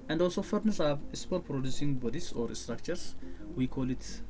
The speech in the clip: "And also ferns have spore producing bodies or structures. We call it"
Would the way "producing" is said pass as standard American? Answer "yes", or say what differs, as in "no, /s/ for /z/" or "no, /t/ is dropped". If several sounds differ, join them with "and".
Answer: yes